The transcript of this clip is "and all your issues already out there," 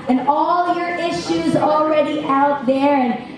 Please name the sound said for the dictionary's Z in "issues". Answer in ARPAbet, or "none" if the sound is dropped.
Z